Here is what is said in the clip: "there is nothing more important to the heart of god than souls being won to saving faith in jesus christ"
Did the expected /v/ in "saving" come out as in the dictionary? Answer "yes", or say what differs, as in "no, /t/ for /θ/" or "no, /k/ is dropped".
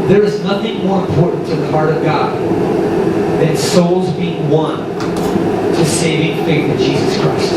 yes